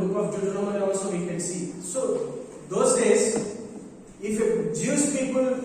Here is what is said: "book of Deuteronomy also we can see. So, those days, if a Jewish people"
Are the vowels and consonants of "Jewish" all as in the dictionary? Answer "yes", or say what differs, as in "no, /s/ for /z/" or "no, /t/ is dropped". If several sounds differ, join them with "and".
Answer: no, /s/ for /ʃ/